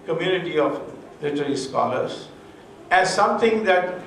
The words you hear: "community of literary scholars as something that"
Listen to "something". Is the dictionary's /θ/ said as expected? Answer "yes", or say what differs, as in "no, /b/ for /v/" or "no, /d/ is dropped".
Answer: no, /t/ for /θ/